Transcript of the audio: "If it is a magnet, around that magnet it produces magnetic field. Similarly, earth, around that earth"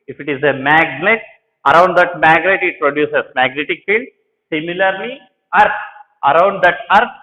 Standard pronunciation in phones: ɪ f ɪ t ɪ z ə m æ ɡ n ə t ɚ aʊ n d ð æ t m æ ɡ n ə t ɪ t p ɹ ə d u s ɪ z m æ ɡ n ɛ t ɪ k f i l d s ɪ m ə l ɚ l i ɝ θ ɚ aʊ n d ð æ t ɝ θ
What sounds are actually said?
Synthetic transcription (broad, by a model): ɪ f ɪ t ɪ z ə m æ ɡ n ə t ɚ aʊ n d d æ t m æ ɡ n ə t ɪ t p ɹ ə d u s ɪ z m æ ɡ n ɛ t ɪ k f i l d s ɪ m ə l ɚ l i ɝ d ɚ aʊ n d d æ t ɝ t